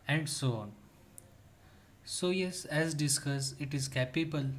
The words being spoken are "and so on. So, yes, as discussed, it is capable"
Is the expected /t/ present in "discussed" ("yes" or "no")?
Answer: no